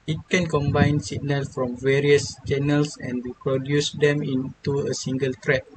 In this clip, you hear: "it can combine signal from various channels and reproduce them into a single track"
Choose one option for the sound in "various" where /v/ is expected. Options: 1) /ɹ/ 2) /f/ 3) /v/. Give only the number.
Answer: 3